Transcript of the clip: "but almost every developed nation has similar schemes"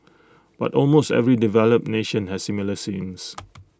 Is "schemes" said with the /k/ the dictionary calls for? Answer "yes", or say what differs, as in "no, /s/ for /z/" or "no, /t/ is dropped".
no, /k/ is dropped